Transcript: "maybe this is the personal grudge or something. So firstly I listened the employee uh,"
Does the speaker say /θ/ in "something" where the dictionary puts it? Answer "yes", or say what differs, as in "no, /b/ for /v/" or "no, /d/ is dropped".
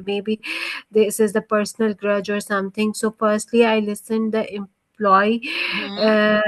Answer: no, /t/ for /θ/